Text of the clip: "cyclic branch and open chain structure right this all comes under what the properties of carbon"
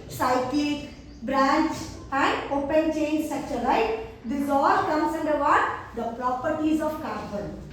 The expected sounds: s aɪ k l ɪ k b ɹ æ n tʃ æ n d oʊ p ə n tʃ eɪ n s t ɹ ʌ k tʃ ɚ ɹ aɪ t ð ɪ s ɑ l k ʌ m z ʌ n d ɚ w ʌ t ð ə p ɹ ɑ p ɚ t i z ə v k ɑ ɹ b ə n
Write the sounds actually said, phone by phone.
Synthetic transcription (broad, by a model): s aɪ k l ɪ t b ɹ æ n tʃ æ n d oʊ p ə n tʃ eɪ n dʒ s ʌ tʃ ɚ l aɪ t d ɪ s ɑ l k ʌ m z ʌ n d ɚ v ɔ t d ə p ɹ ɑ p ɚ t i z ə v k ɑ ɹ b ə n